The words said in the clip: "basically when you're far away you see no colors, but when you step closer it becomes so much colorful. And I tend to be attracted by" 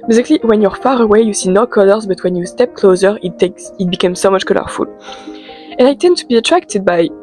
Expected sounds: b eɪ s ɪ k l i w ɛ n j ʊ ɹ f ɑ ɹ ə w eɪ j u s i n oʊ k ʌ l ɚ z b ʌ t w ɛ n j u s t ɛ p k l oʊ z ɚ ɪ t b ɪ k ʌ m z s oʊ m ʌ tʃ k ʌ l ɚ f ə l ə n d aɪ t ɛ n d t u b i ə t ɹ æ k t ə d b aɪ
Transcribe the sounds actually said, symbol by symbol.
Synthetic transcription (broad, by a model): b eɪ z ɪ k l i w ɛ n j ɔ ɹ f ɑ ɹ ə w eɪ j u s i n oʊ k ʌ l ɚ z b ʌ t w ɛ n j u s t ɛ p k l oʊ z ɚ ɪ t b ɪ k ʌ m s oʊ m ʌ tʃ k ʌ l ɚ f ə l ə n aɪ t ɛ n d t u b i ə t ɹ æ k t ə d b aɪ